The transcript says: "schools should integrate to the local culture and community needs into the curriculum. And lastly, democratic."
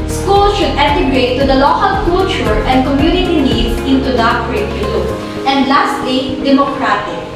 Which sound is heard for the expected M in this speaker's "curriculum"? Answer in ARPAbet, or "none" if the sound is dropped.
none